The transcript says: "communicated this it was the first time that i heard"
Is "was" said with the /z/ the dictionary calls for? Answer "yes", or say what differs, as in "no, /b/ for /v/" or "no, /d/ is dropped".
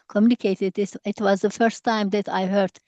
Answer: yes